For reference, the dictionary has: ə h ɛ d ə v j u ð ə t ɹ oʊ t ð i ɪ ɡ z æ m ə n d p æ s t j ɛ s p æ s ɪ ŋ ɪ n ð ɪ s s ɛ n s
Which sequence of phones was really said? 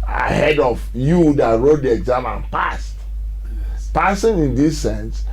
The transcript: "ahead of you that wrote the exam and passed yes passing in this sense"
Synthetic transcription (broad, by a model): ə h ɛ d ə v j u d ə t ɹ oʊ t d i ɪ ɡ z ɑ m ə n p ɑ s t p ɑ s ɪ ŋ ɪ n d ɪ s s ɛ n s